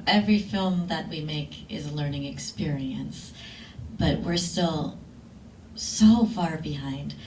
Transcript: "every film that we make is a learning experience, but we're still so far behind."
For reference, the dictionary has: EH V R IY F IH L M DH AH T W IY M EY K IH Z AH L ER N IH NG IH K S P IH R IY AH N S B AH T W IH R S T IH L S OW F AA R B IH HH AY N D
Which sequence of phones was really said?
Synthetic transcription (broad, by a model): EH V R IY F IH L M DH AH T W IY M EY K IH Z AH L ER N IH NG IH K S P IH R IY AH N S B AH T W IH R S T IH L S OW F AA R B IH HH AY N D